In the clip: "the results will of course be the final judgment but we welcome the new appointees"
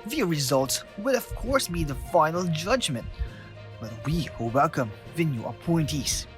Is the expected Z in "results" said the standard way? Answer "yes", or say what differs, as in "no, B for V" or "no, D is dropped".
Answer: yes